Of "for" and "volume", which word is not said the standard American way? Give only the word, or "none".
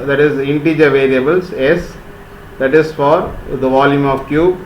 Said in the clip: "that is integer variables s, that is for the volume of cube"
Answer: none